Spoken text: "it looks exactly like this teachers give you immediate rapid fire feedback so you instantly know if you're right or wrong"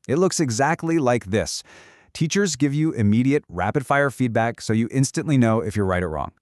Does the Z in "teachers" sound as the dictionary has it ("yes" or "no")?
yes